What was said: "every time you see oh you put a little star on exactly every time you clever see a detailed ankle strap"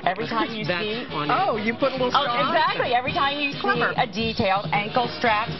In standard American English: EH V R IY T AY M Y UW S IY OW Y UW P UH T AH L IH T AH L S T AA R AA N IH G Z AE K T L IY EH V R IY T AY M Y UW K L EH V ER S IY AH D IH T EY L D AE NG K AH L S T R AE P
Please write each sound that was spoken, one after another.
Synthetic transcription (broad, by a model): EH V R IY T AY M Y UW S IY OW Y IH P UH T AH L IH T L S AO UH IH G Z AE K T L IY EH V R IY T AY M Y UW S IY AH D IH T EY L D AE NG K L S T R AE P